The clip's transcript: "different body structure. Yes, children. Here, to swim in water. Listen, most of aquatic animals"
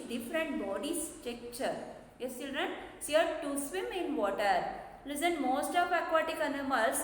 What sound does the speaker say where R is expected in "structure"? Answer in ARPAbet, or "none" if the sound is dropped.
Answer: none